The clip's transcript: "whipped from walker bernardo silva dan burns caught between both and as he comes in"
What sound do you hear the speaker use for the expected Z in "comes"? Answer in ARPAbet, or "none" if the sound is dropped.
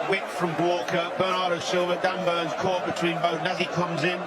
Z